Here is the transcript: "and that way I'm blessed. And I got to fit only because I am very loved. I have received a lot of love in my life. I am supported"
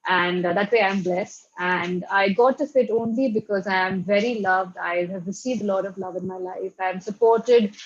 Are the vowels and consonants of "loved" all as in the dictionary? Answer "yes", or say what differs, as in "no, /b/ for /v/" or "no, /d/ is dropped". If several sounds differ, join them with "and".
yes